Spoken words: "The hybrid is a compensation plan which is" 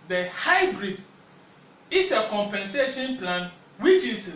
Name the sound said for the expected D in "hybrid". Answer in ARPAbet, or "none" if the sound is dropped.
D